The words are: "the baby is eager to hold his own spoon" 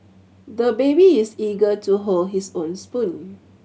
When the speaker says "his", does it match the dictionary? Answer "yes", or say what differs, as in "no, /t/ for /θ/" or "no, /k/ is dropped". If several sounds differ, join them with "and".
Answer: no, /s/ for /z/